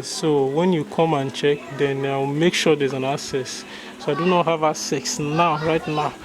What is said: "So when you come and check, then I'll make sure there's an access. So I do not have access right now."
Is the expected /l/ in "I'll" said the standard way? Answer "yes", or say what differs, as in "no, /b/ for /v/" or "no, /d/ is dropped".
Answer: no, /w/ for /l/